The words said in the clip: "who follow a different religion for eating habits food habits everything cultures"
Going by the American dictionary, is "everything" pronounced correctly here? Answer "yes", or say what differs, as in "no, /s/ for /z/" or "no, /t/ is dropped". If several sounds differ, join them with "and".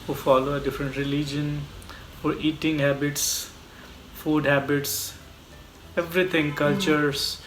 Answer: no, /t/ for /θ/